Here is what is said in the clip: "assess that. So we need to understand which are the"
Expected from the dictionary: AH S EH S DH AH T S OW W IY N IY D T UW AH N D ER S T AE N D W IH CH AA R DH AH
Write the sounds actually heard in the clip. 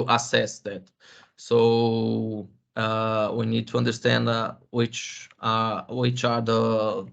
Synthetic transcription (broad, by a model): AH S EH S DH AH T S OW W IY N IY D T UW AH N D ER S T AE N D W IH CH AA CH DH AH